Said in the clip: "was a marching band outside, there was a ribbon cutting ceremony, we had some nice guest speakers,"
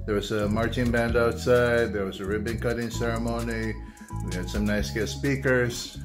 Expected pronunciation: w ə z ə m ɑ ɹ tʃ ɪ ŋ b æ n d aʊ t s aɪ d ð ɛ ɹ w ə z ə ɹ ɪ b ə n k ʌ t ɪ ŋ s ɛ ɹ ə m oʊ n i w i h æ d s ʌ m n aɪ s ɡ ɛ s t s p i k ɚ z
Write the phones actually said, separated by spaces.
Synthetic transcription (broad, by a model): w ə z ə m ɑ ɹ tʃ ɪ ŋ b æ n d aʊ t s aɪ d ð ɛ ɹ w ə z ə ɹ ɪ b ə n k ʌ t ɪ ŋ s ɛ ɹ ə m oʊ n i w i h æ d s ʌ m n aɪ s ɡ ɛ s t s p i k ɚ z